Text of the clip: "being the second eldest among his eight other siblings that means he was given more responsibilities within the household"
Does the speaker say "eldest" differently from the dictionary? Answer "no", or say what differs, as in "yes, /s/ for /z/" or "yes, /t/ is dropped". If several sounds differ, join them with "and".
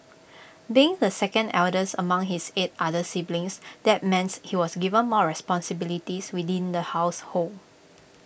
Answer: yes, /t/ is dropped